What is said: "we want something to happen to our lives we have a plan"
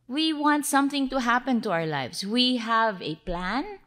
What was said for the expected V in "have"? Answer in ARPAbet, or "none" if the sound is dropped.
V